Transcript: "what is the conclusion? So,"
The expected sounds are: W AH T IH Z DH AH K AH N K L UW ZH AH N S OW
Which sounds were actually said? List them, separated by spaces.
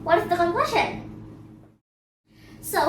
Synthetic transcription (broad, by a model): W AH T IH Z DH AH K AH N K W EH SH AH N S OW